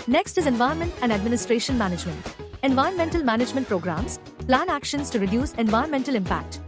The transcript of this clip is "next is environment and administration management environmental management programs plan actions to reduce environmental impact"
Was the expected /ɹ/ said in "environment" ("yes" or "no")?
no